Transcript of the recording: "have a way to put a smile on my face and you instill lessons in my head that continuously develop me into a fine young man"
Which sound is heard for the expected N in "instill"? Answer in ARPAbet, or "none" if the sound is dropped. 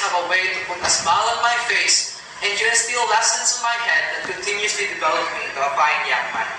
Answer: none